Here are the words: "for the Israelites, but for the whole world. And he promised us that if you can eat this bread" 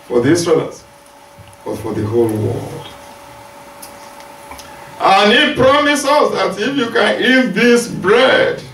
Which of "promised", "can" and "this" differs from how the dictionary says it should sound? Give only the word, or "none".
promised